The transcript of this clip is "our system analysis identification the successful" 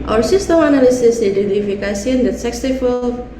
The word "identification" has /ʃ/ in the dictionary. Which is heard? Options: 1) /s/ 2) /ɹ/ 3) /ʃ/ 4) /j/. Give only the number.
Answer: 1